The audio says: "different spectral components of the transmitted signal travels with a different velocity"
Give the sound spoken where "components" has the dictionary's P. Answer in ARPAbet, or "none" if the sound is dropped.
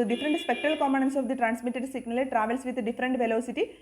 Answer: none